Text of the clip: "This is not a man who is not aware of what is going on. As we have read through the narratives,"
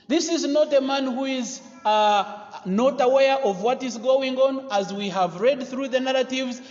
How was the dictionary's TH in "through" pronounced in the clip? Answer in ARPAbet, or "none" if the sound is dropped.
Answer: TH